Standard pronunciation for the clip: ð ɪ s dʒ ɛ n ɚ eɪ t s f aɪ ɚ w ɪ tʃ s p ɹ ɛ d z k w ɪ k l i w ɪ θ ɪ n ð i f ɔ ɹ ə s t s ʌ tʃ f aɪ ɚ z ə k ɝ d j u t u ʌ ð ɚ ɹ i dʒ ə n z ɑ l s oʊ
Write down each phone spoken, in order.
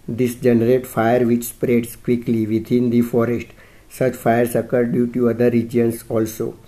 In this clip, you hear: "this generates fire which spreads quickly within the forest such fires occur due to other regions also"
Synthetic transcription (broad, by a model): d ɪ s dʒ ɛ n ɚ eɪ t f aɪ ɚ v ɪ tʃ s p ɹ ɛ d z k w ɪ k l i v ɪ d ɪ n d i f ɔ ɹ ə s t s ʌ tʃ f aɪ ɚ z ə k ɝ d j u t u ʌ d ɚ ɹ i dʒ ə n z ɑ l s oʊ